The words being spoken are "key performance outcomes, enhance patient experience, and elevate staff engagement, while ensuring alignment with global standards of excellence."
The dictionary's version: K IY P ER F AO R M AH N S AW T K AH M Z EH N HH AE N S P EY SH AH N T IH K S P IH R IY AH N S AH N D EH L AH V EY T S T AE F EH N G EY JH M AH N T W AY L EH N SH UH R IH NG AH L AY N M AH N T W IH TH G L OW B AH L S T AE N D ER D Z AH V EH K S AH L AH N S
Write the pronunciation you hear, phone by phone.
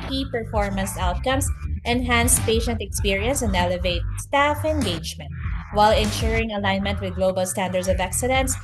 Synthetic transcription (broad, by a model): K IY P ER F AO R M AH N S AW T K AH M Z EH N HH AE N S P EY SH AH N T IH K S P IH R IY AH N S AH N D EH L AH V EY T S T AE F EH N G EY JH M AH N T W AY L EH N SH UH R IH NG AH L AY N M AH N T W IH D G L OW B AH L S T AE N D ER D S AH V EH K S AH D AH N S